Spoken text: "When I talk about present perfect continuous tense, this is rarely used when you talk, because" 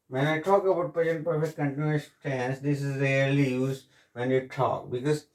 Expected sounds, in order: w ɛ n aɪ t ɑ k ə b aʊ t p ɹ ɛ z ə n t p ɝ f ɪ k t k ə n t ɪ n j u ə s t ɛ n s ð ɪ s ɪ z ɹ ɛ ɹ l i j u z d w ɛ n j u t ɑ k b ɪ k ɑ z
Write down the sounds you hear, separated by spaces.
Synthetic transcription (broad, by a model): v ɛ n aɪ t ɑ k ə b aʊ t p ɛ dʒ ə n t p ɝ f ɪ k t k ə n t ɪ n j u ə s t ɛ n s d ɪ s ɪ z ɹ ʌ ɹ l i j u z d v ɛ n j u t ɑ k b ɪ k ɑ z